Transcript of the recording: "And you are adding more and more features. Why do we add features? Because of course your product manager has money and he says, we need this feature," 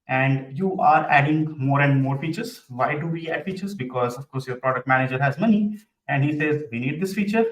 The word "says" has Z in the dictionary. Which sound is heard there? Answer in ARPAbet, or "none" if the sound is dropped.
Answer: Z